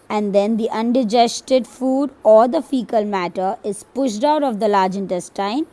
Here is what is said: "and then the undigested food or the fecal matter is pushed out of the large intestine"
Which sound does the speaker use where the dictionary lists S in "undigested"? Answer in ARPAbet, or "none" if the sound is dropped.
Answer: S